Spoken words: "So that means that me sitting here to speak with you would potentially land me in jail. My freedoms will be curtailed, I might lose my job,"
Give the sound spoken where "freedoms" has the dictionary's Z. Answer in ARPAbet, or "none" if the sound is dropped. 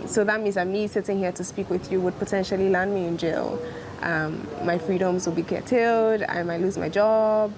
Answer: Z